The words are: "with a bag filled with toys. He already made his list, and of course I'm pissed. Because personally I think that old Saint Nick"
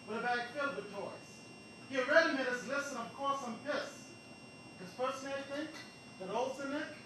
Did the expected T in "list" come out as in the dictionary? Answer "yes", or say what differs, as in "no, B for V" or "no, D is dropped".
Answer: no, T is dropped